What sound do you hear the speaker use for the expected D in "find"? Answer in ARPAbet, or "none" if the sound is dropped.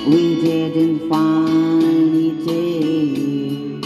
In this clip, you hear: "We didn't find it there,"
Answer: none